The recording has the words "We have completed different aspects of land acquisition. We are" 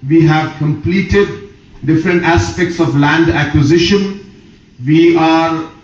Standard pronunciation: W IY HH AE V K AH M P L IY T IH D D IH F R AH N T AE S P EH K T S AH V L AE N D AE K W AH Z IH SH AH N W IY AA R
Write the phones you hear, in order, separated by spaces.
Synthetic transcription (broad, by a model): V IY HH AE V K AH M P L IY T IH D D IH F R AH N T AE S P EH K T S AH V L AE N D AE K W AH Z IH SH AH N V IY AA R